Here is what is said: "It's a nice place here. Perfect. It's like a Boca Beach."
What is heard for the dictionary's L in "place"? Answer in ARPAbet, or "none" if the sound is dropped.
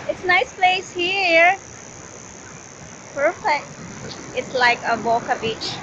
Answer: L